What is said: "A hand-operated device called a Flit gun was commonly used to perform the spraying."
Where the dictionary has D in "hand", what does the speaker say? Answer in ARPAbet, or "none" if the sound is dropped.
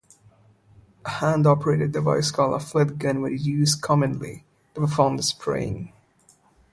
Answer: D